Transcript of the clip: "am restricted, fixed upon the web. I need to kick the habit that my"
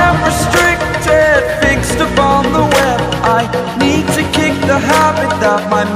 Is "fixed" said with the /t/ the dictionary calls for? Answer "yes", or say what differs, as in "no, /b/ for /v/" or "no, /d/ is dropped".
yes